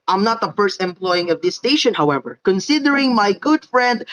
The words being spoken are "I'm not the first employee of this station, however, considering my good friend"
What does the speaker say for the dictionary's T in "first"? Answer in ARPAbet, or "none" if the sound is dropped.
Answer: T